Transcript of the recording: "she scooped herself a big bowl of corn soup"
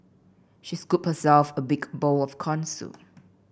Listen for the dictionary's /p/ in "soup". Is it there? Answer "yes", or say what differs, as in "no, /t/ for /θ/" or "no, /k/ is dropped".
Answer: no, /p/ is dropped